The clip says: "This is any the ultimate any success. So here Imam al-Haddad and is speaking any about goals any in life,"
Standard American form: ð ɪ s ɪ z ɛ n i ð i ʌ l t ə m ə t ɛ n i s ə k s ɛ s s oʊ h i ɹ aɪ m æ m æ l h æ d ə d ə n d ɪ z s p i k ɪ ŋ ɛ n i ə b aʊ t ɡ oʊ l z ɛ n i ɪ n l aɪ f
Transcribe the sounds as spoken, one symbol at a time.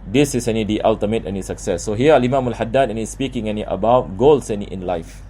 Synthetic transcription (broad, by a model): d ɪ s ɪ s ɛ n i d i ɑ l t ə m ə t ɛ n i s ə k s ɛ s s oʊ h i l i m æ m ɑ l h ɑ d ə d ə n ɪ s p i k ɪ ŋ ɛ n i ə b aʊ t ɡ oʊ l s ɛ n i ɪ n l aɪ f